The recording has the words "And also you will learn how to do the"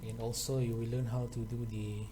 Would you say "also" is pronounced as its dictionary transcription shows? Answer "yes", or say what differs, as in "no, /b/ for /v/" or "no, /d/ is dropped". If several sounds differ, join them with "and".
yes